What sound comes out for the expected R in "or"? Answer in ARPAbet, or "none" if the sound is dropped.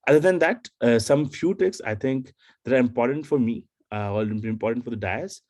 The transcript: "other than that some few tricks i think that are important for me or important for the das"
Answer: L